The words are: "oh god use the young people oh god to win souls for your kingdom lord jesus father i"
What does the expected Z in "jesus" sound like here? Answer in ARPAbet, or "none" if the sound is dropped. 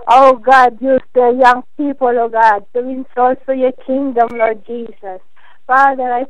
S